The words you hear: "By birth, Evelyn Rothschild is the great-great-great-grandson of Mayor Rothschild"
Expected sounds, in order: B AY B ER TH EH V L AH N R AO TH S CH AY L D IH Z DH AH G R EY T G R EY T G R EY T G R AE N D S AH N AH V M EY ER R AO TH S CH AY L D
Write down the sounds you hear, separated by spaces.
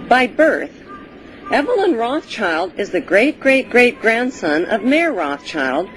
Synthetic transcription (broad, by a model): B AY B ER TH EH V L AH N R AO TH CH AY L D IH Z DH AH G R EY T G R EY T G R EY T G R AE N D S AH N AH V M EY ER R AO TH CH AY L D